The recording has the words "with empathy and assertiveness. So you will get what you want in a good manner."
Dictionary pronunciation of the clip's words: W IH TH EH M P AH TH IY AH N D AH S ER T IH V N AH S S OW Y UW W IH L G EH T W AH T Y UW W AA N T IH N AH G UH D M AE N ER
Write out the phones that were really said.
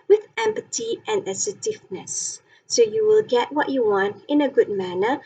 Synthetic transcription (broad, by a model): W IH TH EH M P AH T IY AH N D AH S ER T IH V N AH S S OW Y UW W IH L G EH T W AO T Y UW W AA N T IH N AH G UH D M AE N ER